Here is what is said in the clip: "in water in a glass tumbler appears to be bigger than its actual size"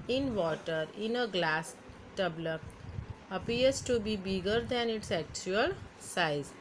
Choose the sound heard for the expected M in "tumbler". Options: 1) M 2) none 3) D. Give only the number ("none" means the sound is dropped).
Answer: 2